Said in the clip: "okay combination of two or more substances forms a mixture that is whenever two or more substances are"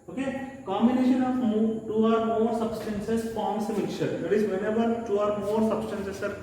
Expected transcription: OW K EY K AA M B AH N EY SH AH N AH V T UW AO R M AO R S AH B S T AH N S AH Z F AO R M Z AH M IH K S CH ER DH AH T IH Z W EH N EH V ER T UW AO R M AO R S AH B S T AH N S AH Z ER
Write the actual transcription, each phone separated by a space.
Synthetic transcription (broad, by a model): OW K EY K AA M B AH N EY SH AH N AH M T UW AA R M AO R S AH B S T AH N S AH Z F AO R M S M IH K CH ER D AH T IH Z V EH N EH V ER T UW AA R M AO R S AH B S T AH N S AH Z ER